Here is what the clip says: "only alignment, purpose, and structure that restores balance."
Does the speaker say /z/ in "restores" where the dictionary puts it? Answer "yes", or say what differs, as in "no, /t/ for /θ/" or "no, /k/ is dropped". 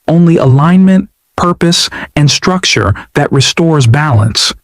yes